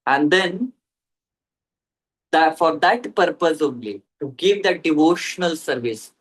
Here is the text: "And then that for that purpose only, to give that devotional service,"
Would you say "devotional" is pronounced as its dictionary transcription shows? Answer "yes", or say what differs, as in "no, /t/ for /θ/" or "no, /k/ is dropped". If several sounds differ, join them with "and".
yes